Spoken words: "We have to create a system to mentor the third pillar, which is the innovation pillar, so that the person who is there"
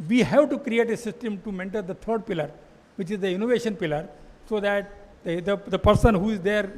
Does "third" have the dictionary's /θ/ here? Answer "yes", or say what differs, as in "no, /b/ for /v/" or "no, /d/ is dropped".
no, /t/ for /θ/